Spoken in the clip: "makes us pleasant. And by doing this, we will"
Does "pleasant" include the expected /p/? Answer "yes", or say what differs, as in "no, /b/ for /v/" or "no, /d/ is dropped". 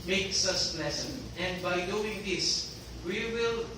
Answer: no, /b/ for /p/